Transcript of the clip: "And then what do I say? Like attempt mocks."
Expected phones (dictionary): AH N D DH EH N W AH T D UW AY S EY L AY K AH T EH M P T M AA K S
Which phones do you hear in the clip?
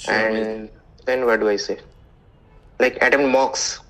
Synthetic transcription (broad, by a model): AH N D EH N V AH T D UW AY S EY L AY K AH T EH M T M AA K S